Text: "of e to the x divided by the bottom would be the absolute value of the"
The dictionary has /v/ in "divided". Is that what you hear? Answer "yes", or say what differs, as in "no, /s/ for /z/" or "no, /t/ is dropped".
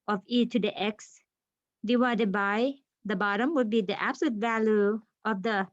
no, /w/ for /v/